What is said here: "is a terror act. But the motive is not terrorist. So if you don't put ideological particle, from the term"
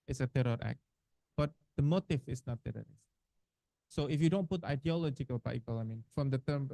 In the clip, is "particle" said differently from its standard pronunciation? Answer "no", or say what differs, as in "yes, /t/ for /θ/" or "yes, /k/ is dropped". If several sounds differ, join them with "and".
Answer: yes, /n/ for /l/